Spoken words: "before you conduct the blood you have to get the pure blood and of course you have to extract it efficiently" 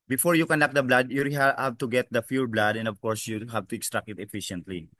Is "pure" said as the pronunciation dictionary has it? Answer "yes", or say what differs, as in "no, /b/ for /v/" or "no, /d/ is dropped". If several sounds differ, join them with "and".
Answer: no, /f/ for /p/